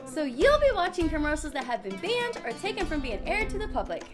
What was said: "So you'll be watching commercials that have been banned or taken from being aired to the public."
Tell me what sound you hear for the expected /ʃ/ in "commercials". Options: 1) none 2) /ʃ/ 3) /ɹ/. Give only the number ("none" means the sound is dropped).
1